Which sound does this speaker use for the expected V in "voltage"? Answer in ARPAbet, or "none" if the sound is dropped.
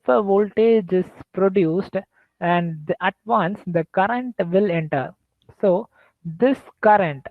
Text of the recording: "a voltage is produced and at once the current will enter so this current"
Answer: V